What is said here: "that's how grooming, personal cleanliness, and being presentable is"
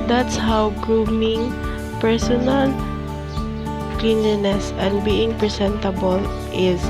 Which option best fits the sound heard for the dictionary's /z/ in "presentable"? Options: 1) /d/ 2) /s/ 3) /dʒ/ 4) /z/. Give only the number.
2